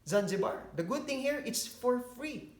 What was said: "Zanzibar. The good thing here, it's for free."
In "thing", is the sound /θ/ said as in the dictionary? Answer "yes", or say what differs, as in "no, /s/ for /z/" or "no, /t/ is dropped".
no, /t/ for /θ/